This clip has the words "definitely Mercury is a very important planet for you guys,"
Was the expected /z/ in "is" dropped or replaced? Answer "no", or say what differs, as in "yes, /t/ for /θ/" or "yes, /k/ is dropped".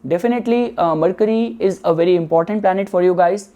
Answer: no